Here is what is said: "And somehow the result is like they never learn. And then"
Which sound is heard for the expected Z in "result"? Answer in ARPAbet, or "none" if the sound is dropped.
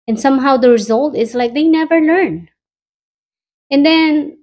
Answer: Z